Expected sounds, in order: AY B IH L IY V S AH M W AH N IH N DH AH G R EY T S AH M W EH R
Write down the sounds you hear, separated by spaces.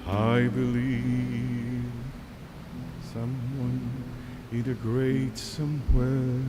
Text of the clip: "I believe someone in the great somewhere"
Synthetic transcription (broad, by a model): AY B IH L IY V S AH M W AH N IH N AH G R EY T S AH M W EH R